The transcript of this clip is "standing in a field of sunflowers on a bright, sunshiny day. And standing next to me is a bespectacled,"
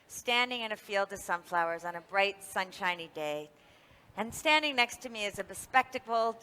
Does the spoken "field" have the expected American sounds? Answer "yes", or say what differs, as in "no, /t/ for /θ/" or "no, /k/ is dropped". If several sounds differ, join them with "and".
yes